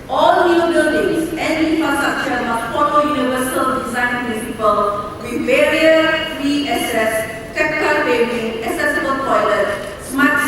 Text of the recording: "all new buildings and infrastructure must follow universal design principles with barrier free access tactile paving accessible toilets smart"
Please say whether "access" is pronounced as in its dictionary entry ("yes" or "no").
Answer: no